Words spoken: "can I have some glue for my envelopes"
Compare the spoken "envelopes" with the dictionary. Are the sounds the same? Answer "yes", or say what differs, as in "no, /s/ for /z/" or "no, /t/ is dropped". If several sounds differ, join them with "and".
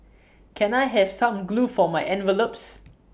yes